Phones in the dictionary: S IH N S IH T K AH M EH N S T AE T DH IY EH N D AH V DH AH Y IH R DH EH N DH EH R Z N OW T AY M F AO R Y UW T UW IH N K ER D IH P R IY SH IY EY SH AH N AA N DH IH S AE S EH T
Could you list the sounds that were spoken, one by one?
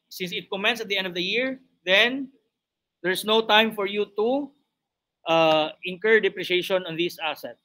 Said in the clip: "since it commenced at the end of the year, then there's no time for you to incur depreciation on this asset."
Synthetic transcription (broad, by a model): S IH N S IH T K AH M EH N S AH T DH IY EH N D AH V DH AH Y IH R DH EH N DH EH R S N OW T AY M F AO R Y UW T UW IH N K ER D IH P R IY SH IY EY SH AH N AA N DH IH S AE S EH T